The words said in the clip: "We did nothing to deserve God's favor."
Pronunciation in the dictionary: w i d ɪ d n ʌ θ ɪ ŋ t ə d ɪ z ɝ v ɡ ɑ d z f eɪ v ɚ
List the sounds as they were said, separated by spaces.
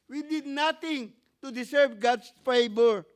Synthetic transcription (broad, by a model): w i d ɪ d n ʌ t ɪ ŋ t ə d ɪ s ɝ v ɡ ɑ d s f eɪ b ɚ